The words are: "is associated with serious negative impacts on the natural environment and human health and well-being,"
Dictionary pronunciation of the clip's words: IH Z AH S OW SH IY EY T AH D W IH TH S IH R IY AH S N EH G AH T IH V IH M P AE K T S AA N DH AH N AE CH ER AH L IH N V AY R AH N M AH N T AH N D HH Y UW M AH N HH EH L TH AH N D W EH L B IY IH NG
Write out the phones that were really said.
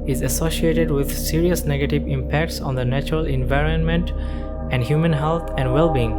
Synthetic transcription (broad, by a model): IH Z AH S OW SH IY EY T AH D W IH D S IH R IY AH S N EH G AH T IH V IH M P AE K T S AA N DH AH N AE CH ER AH L IH N V AY R AH N M AH N T AH N D HH Y UW M AH N HH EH L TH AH N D W EH L B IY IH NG